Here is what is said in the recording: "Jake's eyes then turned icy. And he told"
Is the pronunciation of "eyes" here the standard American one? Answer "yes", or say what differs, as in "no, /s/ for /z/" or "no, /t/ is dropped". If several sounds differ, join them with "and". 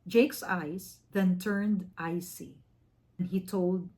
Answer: no, /s/ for /z/